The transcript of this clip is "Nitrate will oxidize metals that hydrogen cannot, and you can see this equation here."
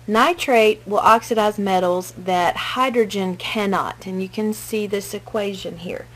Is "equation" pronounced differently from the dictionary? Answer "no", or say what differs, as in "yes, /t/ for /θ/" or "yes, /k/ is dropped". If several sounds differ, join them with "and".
no